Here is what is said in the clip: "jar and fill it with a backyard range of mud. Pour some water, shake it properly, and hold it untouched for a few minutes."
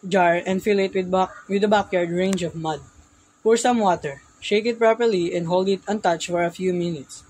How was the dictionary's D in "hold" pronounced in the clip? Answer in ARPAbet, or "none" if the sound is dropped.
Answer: D